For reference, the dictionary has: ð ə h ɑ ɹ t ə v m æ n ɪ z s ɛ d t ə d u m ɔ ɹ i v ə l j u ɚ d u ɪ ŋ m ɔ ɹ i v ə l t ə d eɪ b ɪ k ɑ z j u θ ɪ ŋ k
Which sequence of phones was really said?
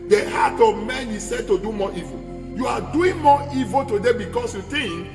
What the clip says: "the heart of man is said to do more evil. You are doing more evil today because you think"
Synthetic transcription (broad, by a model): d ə h ɑ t ə v m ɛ n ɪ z s ɛ d t ə d u m ɔ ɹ i v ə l j u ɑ d u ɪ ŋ m ɔ i v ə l t ə d eɪ b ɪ k ɑ s j u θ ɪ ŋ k